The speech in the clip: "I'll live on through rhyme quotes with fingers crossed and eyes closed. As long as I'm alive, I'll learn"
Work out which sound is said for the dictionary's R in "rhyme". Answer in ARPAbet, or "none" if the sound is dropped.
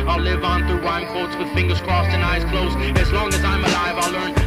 W